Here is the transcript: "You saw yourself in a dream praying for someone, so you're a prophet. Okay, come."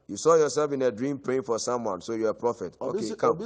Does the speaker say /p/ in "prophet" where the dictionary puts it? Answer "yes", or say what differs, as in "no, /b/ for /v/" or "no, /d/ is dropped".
yes